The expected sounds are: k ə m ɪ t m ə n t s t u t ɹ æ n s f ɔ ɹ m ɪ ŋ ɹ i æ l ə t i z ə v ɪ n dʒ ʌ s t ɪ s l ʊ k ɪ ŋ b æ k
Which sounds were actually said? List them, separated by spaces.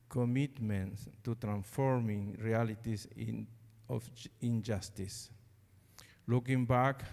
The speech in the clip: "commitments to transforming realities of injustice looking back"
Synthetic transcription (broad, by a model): k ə m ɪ t m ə n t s t u t ɹ æ n s f ɔ ɹ m ɪ ŋ ɹ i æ l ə t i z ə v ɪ n dʒ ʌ s t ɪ s l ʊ k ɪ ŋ b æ k